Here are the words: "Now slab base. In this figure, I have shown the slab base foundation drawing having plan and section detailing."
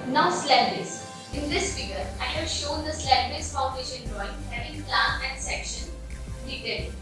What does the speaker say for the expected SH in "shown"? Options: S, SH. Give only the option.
SH